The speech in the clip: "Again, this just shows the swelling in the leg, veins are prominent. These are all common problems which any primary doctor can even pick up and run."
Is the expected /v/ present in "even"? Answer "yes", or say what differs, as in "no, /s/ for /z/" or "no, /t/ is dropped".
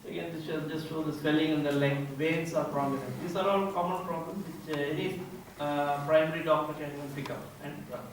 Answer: no, /v/ is dropped